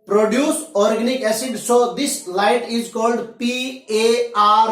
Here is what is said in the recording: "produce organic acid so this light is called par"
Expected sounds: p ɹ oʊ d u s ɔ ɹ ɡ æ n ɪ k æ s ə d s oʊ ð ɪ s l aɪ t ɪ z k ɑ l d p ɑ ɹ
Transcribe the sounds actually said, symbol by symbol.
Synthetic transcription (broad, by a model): p ɹ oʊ d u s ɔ ɹ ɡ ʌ n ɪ k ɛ s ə d s oʊ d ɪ s l aɪ t ɪ z k ɑ l d p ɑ ɹ